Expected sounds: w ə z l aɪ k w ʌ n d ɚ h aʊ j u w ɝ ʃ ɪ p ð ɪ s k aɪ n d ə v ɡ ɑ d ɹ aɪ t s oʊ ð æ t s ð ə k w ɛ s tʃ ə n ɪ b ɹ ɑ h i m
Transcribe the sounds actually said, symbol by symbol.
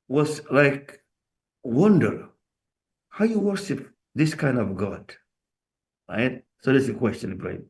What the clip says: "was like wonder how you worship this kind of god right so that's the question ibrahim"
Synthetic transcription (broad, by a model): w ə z l aɪ k w ʌ n d ɚ h aʊ j u w ɝ ʃ ɪ p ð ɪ s k aɪ n d ə v ɡ ɑ d ɹ aɪ t s oʊ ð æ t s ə k w ɛ s tʃ ə n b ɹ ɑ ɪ